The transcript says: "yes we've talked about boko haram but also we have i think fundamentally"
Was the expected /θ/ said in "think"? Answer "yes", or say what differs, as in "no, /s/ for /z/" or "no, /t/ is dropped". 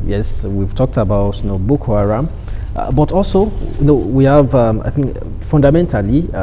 yes